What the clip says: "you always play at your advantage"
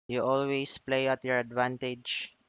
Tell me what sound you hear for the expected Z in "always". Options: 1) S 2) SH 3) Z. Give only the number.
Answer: 1